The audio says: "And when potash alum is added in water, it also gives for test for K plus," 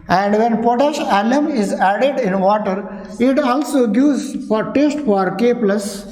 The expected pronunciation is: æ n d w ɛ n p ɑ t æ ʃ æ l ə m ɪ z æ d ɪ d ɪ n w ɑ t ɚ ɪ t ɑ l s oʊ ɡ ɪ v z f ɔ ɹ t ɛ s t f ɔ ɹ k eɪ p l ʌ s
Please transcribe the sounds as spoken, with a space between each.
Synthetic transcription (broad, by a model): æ n d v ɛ n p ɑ t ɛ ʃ æ l ə m ɪ z æ d ɪ d ɪ n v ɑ t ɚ ɪ t ɑ l s oʊ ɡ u z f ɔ ɹ t ɛ s t f ɔ ɹ k eɪ p l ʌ s